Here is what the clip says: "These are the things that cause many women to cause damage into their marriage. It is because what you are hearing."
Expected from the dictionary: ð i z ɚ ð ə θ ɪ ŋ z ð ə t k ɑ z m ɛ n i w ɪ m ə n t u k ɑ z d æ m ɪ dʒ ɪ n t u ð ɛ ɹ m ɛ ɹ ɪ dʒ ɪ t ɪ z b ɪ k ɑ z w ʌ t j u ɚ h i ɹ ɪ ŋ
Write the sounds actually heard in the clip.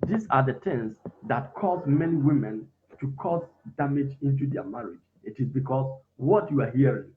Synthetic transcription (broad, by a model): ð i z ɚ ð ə t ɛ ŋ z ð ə t k ɑ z m ɛ n i w ɪ m ə n t u k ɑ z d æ m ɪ dʒ ɪ n t u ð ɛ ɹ m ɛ ɹ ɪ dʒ ɪ t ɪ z b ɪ k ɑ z w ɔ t j u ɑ h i ɹ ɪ ŋ